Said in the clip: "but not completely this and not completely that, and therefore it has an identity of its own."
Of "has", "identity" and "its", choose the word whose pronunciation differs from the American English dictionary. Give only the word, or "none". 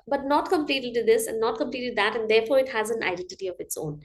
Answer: none